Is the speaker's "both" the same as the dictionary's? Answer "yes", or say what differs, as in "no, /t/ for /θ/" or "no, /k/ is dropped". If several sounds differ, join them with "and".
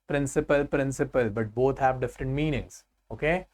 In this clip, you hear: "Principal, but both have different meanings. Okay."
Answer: no, /t/ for /θ/